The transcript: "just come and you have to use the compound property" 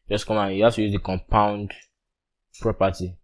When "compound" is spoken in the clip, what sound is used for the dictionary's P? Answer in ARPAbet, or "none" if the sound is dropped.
P